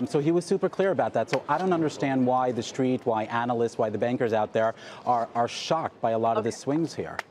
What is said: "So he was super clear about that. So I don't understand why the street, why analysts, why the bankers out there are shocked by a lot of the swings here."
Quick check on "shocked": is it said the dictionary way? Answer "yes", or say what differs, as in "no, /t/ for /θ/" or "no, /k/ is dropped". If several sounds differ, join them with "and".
yes